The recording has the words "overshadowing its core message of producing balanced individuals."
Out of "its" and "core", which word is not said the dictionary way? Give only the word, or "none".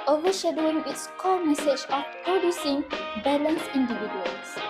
core